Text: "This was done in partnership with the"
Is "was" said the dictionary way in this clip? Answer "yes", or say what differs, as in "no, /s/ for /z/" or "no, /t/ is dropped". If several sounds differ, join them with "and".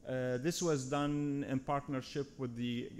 yes